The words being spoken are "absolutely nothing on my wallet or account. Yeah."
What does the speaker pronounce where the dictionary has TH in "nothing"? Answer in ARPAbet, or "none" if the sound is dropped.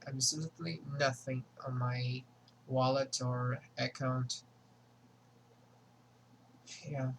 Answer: TH